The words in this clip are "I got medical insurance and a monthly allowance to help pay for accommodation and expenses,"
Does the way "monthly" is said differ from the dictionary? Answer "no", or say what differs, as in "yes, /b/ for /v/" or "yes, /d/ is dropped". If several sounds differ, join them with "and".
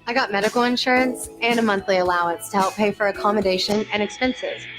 no